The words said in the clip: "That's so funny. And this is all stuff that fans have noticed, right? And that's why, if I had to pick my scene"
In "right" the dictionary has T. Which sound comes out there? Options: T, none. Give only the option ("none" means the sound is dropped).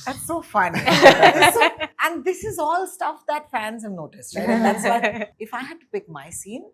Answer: none